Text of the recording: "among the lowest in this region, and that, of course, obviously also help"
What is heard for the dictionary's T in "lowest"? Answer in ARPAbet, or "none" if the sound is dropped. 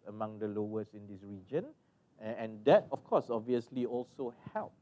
none